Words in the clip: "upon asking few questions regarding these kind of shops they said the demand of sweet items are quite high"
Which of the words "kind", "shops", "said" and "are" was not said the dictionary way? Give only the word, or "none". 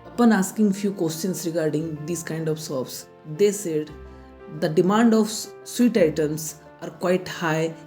shops